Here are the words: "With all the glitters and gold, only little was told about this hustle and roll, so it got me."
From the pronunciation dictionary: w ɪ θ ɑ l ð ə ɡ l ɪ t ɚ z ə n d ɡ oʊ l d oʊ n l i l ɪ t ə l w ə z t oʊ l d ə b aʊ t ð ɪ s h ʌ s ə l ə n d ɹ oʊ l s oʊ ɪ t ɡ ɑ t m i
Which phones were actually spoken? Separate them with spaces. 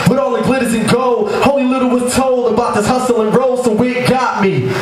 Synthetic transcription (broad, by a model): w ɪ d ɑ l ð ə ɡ l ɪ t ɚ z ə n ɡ oʊ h oʊ l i l ɪ t l w ə z t oʊ l d ə b aʊ t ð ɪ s h ʌ s ə l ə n ɹ oʊ l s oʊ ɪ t ɡ ɑ t m i